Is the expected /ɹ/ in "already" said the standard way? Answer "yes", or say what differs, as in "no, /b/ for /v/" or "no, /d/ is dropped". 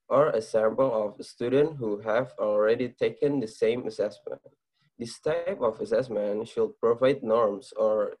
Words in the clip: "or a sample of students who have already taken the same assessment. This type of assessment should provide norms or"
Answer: yes